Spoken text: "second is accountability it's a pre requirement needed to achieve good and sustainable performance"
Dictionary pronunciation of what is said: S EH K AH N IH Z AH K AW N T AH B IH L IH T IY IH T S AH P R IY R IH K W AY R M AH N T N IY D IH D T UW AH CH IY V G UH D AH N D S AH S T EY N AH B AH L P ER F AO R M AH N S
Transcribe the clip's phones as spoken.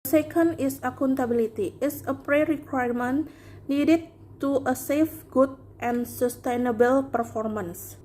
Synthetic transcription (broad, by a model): S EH K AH N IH S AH K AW N T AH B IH L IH T IY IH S AH P R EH R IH K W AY R M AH N N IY D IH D T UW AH S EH F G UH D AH N S AH S T EY N AH B AH L P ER F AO R M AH N S